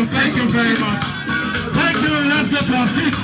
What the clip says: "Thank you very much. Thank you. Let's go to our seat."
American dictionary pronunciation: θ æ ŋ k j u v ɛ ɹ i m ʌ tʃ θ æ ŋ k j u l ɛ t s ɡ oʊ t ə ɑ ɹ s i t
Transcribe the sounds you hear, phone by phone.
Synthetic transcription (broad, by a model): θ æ ŋ k j u v ɛ ɹ i m ʌ tʃ θ æ ŋ k j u n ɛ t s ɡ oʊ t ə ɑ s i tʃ